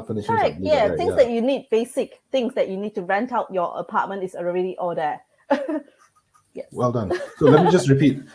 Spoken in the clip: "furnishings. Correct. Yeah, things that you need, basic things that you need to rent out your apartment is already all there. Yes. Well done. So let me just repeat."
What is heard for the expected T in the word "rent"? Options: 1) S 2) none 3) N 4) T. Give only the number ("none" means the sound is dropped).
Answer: 4